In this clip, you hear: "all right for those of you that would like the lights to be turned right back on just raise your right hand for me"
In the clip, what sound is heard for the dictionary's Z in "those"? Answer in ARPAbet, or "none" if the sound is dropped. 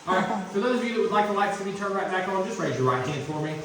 Z